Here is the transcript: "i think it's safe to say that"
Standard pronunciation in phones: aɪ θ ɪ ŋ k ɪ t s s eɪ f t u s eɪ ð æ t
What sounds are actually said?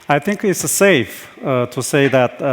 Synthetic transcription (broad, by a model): aɪ θ ɪ ŋ k ɪ t s s eɪ f t u s eɪ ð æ t